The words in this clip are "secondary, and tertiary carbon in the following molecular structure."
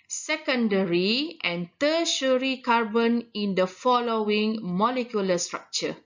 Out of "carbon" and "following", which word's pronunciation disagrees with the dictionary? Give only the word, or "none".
none